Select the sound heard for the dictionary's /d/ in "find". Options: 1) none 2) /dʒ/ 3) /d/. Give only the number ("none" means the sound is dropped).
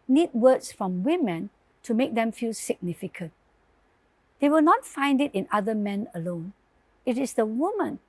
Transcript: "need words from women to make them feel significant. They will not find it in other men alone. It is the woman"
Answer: 3